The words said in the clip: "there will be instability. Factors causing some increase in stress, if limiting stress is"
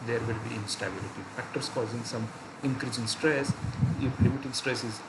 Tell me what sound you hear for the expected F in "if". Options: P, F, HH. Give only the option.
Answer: P